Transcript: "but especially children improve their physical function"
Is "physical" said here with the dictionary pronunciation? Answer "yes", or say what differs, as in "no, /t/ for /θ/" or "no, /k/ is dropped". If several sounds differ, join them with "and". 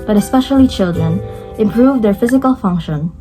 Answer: yes